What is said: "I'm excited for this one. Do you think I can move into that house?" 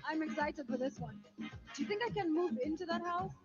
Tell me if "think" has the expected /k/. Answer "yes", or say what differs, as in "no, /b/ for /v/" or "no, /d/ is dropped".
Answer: yes